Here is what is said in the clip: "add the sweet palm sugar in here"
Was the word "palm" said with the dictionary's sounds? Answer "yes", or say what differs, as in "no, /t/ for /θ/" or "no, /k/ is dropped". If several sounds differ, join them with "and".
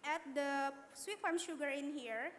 no, /f/ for /p/